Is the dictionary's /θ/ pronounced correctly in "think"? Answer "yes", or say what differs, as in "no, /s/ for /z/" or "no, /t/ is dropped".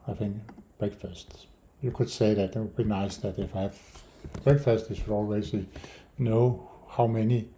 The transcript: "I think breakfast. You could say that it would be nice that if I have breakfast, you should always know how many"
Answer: yes